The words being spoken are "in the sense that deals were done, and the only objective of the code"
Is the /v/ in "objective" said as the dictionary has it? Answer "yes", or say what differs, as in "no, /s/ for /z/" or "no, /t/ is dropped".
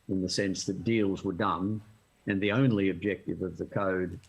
yes